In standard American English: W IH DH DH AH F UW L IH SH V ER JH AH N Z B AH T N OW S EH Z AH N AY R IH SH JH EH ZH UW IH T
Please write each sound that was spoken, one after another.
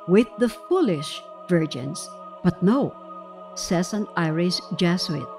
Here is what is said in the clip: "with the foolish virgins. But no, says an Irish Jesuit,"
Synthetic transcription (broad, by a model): W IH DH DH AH F UW L IH SH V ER JH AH N S B AH T N OW S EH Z AH N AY R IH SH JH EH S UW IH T